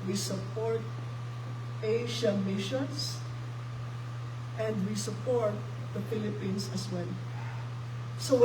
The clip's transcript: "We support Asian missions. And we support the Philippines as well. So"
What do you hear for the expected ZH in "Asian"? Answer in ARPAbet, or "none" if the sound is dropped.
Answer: SH